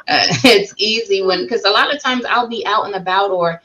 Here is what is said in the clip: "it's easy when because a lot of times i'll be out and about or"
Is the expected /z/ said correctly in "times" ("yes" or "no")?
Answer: yes